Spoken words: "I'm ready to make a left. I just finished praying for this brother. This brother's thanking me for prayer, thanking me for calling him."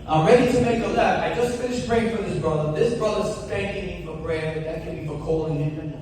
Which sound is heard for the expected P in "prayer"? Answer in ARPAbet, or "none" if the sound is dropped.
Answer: B